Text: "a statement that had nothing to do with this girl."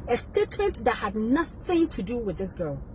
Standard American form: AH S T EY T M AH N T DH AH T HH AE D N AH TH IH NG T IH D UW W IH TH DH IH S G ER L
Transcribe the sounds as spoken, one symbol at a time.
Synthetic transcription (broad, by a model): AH S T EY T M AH N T DH AH T HH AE D N AH TH IH NG T IH D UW W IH DH IH S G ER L